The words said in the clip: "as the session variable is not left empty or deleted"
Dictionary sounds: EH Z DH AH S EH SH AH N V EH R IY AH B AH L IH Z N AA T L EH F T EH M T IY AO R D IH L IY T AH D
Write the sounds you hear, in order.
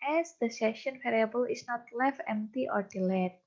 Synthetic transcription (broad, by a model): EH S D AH S EH SH AH N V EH R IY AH B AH L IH S N AA T L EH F EH M T IY AO R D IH L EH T